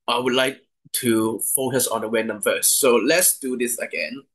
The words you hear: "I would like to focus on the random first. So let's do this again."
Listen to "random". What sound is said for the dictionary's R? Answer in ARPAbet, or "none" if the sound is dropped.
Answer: W